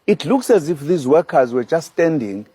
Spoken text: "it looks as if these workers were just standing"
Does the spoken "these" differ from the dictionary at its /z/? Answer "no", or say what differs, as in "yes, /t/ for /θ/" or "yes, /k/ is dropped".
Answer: no